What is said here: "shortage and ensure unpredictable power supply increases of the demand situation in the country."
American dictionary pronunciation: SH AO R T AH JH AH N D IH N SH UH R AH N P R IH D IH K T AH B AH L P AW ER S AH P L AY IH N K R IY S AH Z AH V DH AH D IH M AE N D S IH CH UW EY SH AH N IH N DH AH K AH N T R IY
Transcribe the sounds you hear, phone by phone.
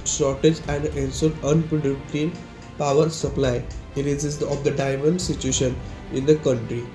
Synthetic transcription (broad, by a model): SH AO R T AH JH AH N D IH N S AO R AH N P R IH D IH T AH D P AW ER S AH P L AY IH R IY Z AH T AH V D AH D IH M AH N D S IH CH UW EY SH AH N IH N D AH K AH N T R IY